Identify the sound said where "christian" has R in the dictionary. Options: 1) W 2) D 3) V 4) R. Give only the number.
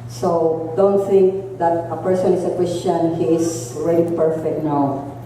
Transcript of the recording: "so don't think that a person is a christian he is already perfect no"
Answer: 1